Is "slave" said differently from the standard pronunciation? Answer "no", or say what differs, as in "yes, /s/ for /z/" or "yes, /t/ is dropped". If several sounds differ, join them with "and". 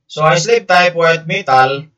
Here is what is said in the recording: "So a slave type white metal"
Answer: yes, /p/ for /v/